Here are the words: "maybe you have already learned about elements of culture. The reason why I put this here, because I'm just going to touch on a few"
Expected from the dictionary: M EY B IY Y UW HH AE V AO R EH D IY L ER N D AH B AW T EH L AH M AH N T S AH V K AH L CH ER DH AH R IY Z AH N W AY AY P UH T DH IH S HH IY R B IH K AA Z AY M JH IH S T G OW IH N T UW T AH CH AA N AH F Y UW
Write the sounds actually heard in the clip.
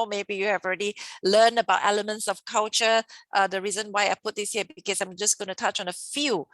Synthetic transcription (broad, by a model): M EY B IY Y UW HH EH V AO R EH D IY L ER N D AH B AW T EH L AH M AH N T S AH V K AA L CH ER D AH R IY Z AH N W AY AY P UH T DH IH S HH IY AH B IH K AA S AY M JH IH S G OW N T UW T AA CH AA N AH F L